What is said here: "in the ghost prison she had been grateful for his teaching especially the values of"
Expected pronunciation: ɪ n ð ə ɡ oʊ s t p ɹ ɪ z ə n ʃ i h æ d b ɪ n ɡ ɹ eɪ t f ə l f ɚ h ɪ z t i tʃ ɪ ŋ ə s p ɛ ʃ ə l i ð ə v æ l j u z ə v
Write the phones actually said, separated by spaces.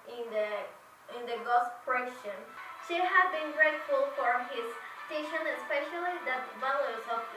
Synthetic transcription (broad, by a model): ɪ n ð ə ɡ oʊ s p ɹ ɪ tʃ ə n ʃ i h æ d b ɪ n ɡ ɹ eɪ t f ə l f ɚ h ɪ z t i ʃ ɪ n ə s p ɛ ʃ ə l i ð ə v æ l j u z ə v